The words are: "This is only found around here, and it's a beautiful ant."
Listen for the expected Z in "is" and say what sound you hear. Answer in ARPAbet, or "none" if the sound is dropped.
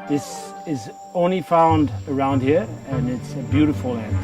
Z